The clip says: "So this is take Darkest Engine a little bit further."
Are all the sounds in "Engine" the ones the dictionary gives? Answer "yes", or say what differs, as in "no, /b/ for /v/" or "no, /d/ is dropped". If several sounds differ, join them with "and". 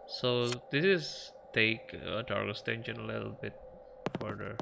no, /ʃ/ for /dʒ/